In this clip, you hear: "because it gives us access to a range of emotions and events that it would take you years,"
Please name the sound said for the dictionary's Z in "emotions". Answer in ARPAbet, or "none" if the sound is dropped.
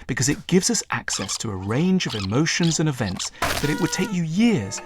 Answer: Z